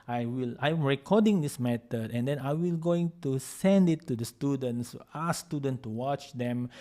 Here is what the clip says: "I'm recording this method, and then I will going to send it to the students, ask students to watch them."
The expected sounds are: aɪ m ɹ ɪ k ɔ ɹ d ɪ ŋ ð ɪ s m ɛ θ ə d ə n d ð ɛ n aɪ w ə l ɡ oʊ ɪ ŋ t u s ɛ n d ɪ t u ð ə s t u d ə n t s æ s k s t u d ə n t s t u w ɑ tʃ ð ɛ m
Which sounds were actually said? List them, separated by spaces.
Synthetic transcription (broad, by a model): aɪ m ɹ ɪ k ɔ d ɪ ŋ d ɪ s m ɛ t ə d ə n d ɛ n aɪ w ə l ɡ oʊ ɪ ŋ t u s ɛ n d ɪ t u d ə s t u d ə n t s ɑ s s t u d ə n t t u w ɑ tʃ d ɛ m